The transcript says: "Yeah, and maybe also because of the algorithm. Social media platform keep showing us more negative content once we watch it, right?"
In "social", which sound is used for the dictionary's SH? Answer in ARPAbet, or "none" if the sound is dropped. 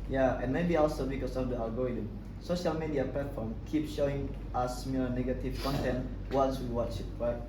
SH